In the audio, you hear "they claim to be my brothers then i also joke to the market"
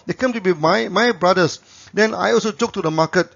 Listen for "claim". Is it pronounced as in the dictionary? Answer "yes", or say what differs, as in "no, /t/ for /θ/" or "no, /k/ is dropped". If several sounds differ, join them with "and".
no, /l/ is dropped